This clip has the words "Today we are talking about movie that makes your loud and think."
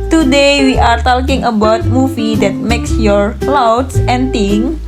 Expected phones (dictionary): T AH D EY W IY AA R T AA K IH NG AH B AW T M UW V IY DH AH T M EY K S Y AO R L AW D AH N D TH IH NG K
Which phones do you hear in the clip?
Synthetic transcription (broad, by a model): T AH D EY W IY AA R T AA K IH NG AH B AW T M UW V IY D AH T M EY K S Y AO R L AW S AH N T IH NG